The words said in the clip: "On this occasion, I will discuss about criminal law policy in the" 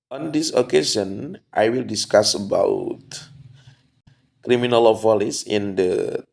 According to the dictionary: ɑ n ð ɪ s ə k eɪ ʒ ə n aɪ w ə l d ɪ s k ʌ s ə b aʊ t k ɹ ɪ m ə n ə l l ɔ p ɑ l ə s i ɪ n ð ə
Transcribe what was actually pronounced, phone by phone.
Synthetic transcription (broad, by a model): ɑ n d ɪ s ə k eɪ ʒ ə n aɪ w ə l d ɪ s k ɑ s ə b aʊ t k ɹ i m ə n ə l l ɔ f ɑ l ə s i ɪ n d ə